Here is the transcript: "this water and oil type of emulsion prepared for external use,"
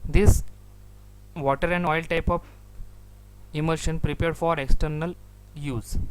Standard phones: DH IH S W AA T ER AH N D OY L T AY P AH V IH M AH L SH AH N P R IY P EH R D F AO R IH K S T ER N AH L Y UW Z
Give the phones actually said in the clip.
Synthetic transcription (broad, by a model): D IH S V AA T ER AH N D OY L T AY P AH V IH M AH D SH AH N P R IY P EH R D F AO R IH K S T ER N AH L Y UW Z